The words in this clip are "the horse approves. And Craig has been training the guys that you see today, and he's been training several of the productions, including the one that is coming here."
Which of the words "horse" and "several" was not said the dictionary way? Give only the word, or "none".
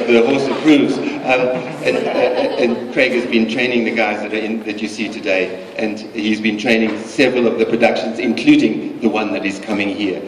none